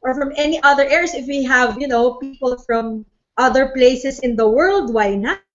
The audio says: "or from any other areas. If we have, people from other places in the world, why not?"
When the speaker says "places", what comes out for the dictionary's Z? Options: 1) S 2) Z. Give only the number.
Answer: 1